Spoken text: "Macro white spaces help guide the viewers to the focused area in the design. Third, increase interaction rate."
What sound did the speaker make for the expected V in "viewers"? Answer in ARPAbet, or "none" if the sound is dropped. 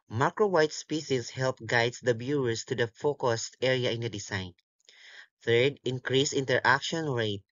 B